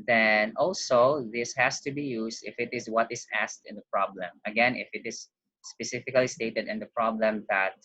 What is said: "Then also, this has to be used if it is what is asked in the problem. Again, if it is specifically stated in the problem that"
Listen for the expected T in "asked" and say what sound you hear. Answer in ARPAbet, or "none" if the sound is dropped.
T